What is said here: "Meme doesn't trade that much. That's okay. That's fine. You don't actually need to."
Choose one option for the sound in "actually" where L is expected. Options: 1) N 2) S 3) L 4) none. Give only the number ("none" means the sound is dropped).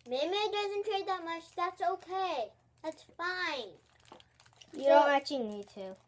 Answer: 4